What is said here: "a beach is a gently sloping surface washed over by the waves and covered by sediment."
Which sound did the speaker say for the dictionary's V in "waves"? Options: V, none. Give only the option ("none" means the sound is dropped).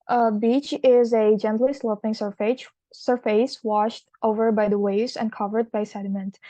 none